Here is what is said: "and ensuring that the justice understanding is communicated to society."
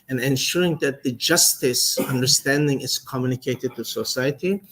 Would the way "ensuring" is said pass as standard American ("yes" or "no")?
yes